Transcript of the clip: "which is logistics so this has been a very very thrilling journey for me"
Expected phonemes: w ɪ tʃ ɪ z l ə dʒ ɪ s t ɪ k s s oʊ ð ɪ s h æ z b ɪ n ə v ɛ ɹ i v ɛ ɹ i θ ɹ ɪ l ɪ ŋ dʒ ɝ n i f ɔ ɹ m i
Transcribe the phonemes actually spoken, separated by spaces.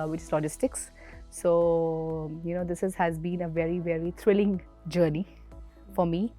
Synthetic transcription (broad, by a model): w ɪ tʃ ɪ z l ə dʒ ɪ s t ɪ k s s oʊ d ɪ s h æ z b ɪ n ə v ɛ ɹ i v ɛ ɹ i t ɹ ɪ l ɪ ŋ dʒ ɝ n i f ɔ ɹ m i